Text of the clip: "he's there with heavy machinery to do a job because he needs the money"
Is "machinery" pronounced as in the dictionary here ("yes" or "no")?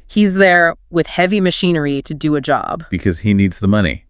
yes